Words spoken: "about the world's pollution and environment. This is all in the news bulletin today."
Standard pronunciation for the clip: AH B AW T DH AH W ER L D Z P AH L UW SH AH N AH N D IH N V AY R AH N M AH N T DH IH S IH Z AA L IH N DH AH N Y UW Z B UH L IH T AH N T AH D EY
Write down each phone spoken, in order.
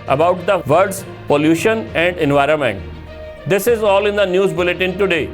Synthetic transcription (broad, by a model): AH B AW T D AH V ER D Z P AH L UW SH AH N AH N D IH N V AY R AH N M AH N T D IH S IH Z AA L IH N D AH N Y UW Z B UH L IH T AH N T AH D EY